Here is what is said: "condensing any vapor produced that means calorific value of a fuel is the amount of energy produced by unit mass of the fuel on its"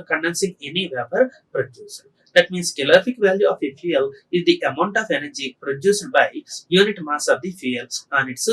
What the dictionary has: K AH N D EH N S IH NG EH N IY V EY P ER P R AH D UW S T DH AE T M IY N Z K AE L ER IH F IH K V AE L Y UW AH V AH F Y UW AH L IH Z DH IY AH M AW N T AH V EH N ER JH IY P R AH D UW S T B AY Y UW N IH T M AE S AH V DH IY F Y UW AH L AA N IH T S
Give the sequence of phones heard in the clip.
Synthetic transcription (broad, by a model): K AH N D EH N S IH NG EH N IY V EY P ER P R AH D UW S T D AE T M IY N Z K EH L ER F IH K V AE L Y UW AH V AH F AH L IH Z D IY AH M AW N T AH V EH N ER JH IY P R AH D UW S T B AY Y UW N IH T M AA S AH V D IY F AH L AA N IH T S